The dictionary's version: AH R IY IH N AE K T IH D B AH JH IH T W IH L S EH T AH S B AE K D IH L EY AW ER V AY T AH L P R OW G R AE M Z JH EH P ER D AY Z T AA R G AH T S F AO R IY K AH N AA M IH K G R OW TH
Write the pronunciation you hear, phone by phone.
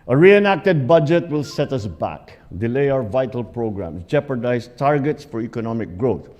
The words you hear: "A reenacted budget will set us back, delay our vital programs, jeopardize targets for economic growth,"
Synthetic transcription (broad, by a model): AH R IY IH N AE K T IH D B AH JH IH T W IH L S EH T AH S B AE K D IH L EY AW ER V AY T AH L P R OW G R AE M S JH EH P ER D AY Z T AA R G AH T S F AO R IY K AH N AA M IH K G R OW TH